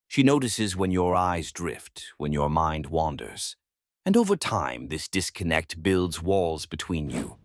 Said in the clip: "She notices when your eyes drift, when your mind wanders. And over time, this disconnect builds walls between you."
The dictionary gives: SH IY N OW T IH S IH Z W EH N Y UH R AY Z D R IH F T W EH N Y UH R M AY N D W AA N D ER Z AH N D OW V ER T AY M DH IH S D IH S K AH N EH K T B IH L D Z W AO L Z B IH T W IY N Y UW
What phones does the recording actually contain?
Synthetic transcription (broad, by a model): SH IY N OW T IH S IH Z W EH N Y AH R AY Z D R IH F T W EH N Y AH R M AY N D W AA N D ER Z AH N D OW V ER T AY M DH IH S D IH S K AH N EH K T B IH L D Z W AO L Z B IH T W IY N Y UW